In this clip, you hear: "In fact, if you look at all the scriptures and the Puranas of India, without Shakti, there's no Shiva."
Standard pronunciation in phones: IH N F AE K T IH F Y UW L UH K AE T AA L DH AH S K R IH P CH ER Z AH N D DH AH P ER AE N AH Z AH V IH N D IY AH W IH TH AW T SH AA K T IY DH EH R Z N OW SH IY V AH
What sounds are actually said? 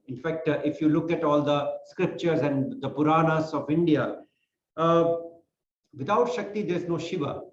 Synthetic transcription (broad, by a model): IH N F AE K T IH F Y UW L UH K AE T AA L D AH S K R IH P CH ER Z AH N D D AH P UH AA N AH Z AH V IH N D IY AH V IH T AW T SH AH K T IY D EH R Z N OW SH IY V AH